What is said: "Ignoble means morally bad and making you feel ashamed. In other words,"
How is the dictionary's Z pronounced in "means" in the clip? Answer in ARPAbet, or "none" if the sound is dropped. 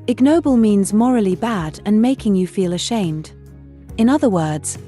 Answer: Z